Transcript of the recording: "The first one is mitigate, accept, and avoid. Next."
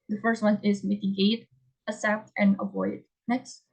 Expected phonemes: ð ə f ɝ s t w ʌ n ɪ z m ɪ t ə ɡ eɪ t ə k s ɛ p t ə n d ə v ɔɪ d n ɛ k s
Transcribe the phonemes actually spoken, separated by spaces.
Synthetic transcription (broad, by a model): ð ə f ɝ s t w ʌ n ɪ z m ɪ t ə ɡ eɪ t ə s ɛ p t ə n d ə v ɔɪ d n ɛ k s